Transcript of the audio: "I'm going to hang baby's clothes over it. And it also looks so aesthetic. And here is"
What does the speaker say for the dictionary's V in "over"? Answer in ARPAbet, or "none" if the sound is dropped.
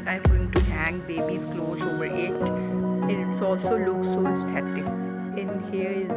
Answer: B